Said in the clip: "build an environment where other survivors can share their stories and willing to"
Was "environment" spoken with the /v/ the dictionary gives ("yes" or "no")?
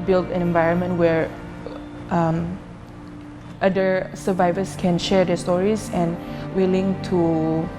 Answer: yes